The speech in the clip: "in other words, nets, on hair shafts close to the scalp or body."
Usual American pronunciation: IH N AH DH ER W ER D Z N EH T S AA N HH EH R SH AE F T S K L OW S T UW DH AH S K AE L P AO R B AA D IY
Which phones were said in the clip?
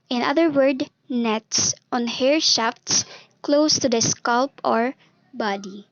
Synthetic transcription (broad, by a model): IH N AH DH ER W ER D N EH T S AA N HH EH R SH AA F T S K L OW S T UW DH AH S K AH L P AO R B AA D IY